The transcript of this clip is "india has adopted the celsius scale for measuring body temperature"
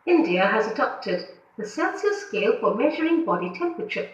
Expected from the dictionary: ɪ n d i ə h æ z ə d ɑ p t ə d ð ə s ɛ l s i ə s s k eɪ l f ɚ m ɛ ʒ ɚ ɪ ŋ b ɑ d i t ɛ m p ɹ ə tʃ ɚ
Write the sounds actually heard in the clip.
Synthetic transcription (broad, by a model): ɪ n d i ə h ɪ z ə d ɑ p t ə d ð ə s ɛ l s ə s s k eɪ l f ɚ m ɛ ʒ ɚ ɪ ŋ b ɑ d i t ɛ m p ɹ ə tʃ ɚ